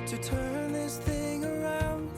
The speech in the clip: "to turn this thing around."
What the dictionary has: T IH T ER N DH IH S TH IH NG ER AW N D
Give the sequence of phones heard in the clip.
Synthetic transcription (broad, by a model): T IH T ER N DH IH S TH IH NG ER AW N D